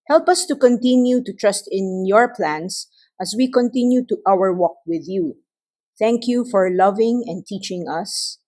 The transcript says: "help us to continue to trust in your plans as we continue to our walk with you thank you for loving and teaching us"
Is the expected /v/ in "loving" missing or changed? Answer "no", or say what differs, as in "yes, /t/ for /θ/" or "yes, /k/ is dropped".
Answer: no